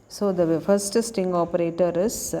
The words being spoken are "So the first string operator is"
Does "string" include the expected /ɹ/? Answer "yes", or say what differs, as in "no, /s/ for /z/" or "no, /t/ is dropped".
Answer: no, /ɹ/ is dropped